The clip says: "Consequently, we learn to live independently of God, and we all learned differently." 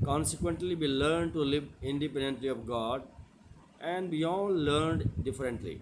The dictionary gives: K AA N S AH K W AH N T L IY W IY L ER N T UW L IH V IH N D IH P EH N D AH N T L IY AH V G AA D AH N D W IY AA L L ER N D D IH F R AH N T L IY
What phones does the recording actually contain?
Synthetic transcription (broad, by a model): K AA N S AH K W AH N T L IY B IY L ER N T UW L IH V IH N D IH P EH N D AH N T L IY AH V G AA D AH N D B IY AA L L ER N D D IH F R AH N T L IY